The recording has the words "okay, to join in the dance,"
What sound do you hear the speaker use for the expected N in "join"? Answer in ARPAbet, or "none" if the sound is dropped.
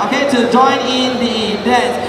N